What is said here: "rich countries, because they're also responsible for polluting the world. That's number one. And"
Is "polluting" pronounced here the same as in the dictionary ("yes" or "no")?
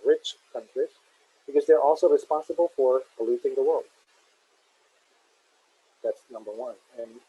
no